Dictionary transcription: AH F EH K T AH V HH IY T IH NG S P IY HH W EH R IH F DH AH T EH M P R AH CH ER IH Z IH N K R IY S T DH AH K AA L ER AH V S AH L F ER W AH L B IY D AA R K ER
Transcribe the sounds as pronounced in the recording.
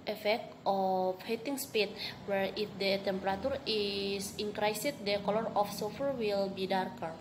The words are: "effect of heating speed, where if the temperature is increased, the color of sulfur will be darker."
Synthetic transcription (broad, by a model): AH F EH K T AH F HH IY T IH NG S P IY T W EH R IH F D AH T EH M P R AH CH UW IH S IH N K R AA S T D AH K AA L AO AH F S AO F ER W AH L B IY D AA R K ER